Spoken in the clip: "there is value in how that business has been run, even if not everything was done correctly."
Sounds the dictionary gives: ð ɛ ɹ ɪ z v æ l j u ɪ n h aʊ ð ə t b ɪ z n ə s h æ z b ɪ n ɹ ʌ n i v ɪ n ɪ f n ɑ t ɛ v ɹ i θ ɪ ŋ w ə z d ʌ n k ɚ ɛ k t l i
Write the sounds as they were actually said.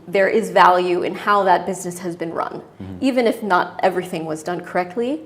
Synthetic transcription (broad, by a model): ð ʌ ɹ ɪ z v æ l j u ɪ n h aʊ ð ə t b ɪ z n ə s h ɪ z b ɪ n ɹ ʌ n i v ɪ n ɪ f n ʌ t ɛ v ɹ i θ ɪ ŋ w ə z d ʌ n k ɚ ɛ k t l i